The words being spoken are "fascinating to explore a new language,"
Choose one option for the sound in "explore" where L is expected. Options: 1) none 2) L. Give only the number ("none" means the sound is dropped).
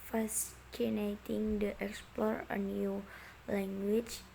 2